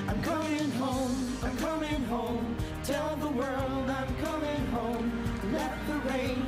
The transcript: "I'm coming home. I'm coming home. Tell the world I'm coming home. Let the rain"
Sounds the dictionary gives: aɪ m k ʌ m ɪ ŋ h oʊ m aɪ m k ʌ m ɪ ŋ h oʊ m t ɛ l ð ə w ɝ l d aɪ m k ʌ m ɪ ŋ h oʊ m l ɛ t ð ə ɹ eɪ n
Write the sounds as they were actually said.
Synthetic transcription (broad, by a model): aɪ m k ʌ m ɪ ŋ h oʊ m aɪ m k ʌ m ɪ ŋ h oʊ m t ɛ l ð ə w ɝ l d aɪ m k ʌ m ɪ ŋ h oʊ m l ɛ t ð ə ɹ eɪ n